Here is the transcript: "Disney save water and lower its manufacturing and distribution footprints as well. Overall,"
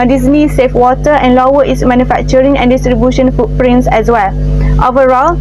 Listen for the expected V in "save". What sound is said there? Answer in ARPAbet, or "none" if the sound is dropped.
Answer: F